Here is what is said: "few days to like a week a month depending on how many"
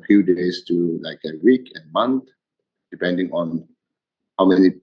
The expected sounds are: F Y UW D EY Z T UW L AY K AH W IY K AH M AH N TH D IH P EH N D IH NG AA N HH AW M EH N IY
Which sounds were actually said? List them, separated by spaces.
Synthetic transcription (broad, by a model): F Y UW D EY S T UW L AY K AH W IY K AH M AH N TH D IH P EH N D IH NG AA N HH AW M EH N IY